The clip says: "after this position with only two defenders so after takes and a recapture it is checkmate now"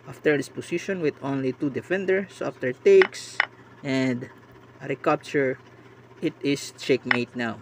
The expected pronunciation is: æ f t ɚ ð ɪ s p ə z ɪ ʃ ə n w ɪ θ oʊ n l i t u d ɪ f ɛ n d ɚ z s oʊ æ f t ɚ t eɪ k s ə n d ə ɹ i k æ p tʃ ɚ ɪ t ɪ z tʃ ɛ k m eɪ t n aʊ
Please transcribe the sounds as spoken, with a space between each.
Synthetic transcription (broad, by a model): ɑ f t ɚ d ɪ s p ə s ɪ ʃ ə n w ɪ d oʊ n l i t u d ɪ f ɛ n d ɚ s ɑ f t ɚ t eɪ k s ə n d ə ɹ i k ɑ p tʃ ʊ ɪ t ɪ s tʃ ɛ k m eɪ t n aʊ